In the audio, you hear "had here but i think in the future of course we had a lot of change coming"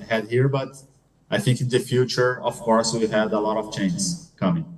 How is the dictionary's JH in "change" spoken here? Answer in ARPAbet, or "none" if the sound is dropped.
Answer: Z